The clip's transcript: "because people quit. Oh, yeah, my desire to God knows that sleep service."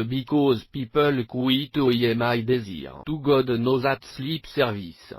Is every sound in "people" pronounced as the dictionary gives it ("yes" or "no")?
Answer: yes